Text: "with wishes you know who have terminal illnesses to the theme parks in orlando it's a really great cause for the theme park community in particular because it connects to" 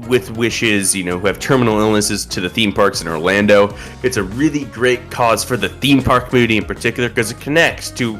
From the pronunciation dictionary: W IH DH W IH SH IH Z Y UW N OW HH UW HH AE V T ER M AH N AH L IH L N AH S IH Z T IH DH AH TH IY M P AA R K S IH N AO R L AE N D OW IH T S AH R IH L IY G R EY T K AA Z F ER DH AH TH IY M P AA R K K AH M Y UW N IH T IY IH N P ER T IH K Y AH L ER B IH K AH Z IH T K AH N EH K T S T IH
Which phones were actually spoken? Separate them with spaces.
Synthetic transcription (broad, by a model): W IH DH W IH SH IH Z Y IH N OW HH UW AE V T ER M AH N L IH L N AH S IH Z T IH DH AH TH IY M P AA R K S IH N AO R L AE N D OW IH T S AH R IH L IY G R EY T K AA Z F ER DH AH TH IY M P AA R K K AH M Y UW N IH T IY IH N P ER T IH K Y L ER K AH Z IH T K AH N EH K T S T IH